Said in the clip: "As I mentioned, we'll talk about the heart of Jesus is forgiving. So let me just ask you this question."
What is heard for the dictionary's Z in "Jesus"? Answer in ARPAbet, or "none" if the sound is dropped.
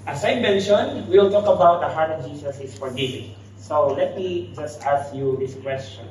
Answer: S